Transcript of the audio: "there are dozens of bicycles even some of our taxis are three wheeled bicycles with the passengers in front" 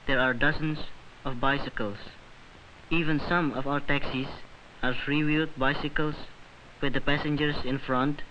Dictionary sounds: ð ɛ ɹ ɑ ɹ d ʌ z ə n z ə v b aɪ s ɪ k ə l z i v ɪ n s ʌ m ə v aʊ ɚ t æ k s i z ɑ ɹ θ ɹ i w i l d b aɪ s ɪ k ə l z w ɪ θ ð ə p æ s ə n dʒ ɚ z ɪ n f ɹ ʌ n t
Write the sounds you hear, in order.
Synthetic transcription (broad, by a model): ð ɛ ɹ ɑ ɹ d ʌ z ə n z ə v b aɪ s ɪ k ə l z i v ɪ n s ʌ m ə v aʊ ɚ t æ k s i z ɑ ɹ f ɹ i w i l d b aɪ s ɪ k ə l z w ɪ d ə p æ s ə n dʒ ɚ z ɪ n f ɹ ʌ n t